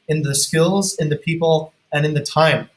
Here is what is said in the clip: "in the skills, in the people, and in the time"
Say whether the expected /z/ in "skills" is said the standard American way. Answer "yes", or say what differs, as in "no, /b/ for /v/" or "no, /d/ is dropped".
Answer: yes